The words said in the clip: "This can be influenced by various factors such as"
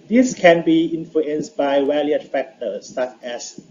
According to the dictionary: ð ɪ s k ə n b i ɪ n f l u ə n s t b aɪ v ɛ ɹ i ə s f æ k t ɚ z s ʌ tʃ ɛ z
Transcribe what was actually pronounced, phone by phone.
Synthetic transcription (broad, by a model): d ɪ s k ə n b i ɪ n f l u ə n s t b aɪ w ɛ l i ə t f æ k t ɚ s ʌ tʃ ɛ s